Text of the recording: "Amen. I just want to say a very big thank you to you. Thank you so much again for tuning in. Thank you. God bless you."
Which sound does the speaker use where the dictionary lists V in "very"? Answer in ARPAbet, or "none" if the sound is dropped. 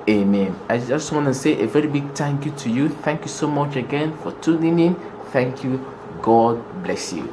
V